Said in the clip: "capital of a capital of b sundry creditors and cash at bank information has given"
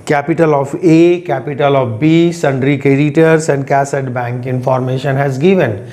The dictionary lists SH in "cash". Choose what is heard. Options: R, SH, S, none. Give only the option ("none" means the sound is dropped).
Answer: S